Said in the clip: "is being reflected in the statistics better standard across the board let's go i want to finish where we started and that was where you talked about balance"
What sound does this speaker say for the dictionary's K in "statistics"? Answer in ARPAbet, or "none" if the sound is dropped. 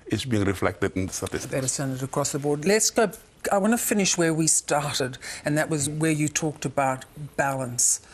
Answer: none